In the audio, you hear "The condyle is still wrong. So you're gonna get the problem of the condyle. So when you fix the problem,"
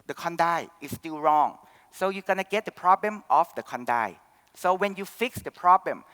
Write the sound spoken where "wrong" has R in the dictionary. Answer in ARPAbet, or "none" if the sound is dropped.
R